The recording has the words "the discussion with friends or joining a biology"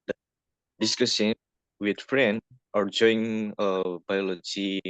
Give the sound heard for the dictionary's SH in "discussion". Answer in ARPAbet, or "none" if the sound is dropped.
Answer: S